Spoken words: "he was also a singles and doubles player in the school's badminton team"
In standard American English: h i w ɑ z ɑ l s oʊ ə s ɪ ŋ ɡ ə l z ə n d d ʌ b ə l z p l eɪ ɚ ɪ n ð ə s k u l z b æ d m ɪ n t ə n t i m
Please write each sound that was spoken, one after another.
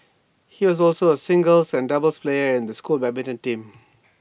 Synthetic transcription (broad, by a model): h i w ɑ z ɑ l s oʊ ə s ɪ ŋ ɡ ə l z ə n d d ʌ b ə l s p l eɪ ɚ ɪ n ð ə s k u l b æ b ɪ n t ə n t i m